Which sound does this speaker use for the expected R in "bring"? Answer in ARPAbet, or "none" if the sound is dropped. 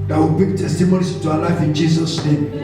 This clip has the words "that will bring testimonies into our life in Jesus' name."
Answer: none